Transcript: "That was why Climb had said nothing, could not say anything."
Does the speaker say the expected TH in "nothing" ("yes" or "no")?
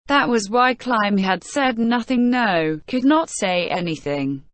yes